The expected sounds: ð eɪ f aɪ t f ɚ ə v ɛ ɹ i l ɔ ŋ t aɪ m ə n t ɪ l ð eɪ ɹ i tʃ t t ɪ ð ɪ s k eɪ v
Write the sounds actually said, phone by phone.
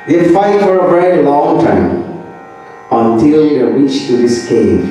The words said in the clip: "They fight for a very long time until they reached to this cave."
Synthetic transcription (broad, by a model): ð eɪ f aɪ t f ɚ ə b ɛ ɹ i l ɔ ŋ t aɪ m ə n t ɪ l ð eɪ w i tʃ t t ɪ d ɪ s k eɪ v